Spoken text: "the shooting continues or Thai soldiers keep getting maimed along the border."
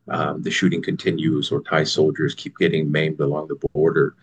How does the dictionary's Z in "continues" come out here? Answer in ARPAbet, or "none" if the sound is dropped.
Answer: Z